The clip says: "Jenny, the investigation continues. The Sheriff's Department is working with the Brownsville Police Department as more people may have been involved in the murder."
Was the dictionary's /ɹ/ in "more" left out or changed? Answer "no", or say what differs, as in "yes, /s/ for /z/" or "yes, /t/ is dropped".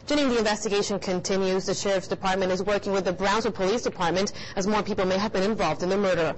no